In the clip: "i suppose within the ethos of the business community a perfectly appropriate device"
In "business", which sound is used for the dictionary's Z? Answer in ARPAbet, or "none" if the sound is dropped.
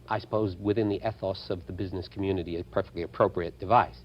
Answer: Z